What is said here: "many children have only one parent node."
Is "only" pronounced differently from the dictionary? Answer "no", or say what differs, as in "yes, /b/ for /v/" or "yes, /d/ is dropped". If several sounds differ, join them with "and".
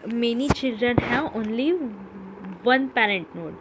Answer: no